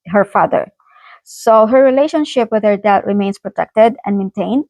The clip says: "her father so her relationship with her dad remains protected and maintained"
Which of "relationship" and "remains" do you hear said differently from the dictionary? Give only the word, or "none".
remains